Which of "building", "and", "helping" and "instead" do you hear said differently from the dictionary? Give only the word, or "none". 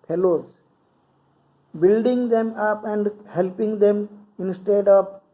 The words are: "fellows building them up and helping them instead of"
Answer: none